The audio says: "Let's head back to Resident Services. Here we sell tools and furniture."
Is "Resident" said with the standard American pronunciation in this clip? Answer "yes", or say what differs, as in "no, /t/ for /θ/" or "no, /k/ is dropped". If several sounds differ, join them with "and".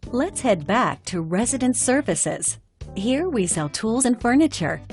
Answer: yes